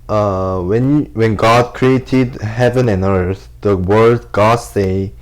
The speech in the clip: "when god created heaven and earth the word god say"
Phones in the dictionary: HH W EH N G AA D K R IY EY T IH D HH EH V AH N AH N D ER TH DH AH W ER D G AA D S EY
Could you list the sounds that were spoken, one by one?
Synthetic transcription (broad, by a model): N W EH N G AA D K R IY EY T IH D HH EH V AH N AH N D ER TH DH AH W ER D G AA D S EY